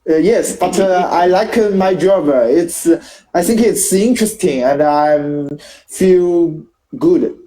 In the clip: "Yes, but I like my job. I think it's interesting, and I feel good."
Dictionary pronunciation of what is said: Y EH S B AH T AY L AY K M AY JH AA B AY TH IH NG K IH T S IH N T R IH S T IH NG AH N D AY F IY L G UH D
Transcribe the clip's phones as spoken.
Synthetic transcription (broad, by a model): Y EH S B AH T AY L AY K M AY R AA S AY TH IH NG K IH T S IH N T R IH S T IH NG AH N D AY F IY L G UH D